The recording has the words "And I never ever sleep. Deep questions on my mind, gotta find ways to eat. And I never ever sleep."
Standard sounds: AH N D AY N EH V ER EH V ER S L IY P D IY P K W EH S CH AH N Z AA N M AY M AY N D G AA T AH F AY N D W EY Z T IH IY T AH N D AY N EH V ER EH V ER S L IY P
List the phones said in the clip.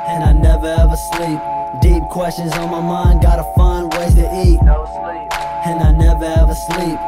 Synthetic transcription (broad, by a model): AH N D AY N EH V ER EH V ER S L IY P D IY P K W EH S CH AH N Z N M AY M AY N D G AA T AH F AY N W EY T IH IY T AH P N AY N EH V ER EH V ER S L IY P